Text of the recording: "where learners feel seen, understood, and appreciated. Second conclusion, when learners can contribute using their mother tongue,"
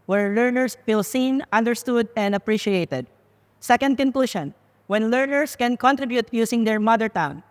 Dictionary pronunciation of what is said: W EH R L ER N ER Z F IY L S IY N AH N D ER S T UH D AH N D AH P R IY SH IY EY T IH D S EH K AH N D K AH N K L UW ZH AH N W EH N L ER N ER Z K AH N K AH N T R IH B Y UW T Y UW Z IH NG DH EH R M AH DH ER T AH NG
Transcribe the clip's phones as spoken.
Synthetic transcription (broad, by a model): W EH R L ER N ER S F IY L S IY N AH N D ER S T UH D AH N D AH P R IY SH IY EY T IH D S EH K AH N D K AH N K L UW SH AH N W EH N L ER N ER S K AH N K AH N T R IH B Y UW T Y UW S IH NG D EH R M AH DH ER T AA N